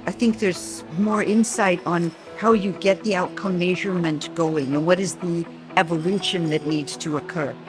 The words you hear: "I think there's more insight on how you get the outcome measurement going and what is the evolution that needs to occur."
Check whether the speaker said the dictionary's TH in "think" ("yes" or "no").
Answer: yes